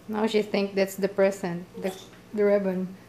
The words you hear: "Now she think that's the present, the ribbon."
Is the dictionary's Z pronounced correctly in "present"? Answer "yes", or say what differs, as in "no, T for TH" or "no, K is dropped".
no, S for Z